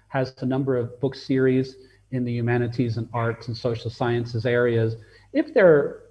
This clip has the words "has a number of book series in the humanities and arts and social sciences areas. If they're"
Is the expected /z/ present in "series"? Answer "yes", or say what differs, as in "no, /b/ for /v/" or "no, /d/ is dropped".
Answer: yes